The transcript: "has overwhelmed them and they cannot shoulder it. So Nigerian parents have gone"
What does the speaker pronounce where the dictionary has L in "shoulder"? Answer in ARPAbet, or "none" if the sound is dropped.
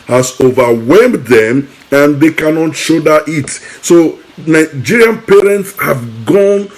none